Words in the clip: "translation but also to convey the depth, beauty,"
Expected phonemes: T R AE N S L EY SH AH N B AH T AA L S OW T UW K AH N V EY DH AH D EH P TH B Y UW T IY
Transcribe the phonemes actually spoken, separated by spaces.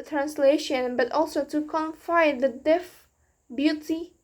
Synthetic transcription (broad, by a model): T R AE N S L EY SH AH N B AH T AA L S OW T UW K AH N F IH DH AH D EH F B Y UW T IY